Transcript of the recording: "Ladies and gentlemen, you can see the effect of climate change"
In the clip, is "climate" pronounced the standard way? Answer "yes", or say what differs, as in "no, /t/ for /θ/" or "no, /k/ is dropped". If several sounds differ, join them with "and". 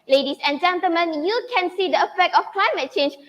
yes